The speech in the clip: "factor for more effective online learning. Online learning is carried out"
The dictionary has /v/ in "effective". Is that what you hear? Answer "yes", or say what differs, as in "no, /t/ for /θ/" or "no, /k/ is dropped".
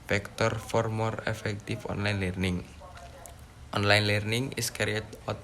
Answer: no, /f/ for /v/